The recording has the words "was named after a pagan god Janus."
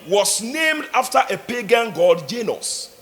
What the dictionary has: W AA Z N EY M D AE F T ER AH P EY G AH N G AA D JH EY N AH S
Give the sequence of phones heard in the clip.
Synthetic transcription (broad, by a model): W AA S N EY M D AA F T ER AH P EY G AH N G AA D JH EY N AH S